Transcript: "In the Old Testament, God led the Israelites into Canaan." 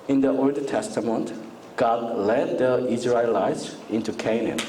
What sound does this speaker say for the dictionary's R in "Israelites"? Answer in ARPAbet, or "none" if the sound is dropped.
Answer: R